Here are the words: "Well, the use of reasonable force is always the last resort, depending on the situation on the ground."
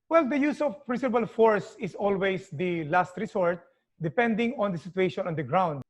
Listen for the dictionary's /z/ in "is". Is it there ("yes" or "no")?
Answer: no